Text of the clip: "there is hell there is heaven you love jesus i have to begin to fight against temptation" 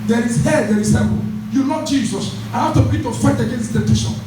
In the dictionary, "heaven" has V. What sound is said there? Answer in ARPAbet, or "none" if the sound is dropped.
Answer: P